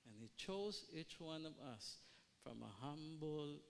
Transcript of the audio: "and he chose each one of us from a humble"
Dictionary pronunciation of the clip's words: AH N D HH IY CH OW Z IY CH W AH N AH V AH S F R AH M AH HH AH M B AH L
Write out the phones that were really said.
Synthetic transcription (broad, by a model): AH N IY CH OW Z IY CH W AH N AH V AH S F R AH M AH HH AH M B L